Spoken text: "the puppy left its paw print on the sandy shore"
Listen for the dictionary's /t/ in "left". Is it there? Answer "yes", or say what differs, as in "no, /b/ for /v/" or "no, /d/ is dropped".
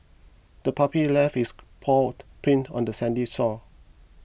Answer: no, /t/ is dropped